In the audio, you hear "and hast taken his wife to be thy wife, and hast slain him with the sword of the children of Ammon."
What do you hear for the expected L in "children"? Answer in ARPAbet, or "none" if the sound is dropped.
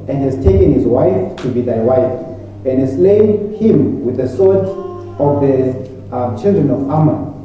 L